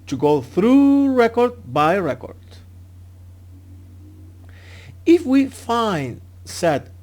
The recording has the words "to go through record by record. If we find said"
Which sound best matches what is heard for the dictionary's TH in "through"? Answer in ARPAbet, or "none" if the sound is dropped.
TH